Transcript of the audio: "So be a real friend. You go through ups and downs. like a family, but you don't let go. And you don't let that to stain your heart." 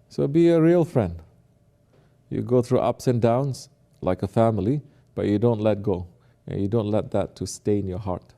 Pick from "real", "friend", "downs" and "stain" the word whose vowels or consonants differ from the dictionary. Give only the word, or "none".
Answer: downs